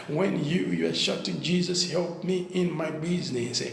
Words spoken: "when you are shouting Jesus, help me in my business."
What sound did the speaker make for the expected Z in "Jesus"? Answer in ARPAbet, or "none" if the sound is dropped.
Z